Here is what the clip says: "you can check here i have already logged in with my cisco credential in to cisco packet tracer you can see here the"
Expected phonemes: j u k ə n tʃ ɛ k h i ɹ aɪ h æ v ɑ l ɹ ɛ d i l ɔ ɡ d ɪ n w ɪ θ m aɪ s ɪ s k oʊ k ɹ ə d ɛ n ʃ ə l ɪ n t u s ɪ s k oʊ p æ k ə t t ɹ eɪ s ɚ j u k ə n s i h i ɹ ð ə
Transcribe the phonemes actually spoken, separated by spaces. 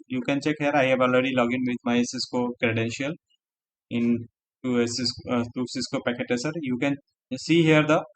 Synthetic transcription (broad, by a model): j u k ə n tʃ ɛ k h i ɹ aɪ h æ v ɑ l ɹ ɛ d i l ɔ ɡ ɪ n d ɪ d m aɪ s ɪ s k oʊ k ɹ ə d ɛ n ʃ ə l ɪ n t u s ɪ s k oʊ p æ k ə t t eɪ s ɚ j u k ə n s i h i ɹ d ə